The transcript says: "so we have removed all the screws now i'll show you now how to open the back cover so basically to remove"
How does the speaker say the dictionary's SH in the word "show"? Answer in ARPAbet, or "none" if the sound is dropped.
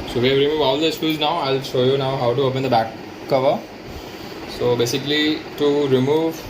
SH